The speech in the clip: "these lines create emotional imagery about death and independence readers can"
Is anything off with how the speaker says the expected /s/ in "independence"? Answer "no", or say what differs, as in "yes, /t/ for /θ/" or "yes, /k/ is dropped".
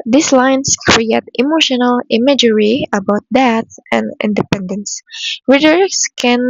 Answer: no